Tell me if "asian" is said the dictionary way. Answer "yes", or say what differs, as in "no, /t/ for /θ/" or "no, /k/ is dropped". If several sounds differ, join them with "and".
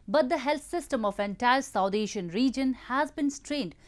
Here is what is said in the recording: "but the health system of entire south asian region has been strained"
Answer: no, /ʃ/ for /ʒ/